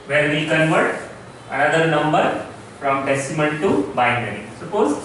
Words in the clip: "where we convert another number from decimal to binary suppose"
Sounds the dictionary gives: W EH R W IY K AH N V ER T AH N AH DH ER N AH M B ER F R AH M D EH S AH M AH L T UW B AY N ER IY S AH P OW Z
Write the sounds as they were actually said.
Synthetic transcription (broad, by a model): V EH R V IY K AH N V ER T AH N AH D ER N AH M B ER F R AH M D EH S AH M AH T T UW B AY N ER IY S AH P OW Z